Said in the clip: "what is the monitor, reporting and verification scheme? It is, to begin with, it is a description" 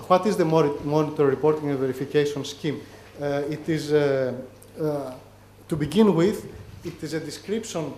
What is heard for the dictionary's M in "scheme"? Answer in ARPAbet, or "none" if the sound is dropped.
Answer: M